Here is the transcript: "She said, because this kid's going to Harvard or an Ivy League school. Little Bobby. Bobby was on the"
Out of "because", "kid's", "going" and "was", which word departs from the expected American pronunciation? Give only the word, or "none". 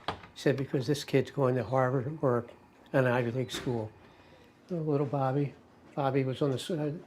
none